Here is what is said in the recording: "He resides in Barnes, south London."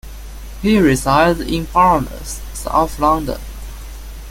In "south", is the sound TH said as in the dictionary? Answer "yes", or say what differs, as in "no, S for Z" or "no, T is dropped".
no, F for TH